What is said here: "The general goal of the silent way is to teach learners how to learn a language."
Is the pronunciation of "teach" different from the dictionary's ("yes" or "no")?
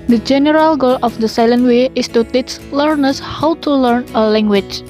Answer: yes